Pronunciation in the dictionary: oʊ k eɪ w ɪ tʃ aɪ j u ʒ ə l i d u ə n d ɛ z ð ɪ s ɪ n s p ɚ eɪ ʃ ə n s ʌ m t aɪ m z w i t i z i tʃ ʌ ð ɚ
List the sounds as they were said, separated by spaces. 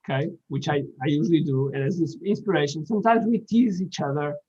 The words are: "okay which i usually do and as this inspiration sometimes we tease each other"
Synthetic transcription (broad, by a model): k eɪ w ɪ tʃ aɪ j u ʒ ə l i d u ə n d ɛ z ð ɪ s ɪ n s p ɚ eɪ ʃ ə n s ʌ m t aɪ m z w i t i z i tʃ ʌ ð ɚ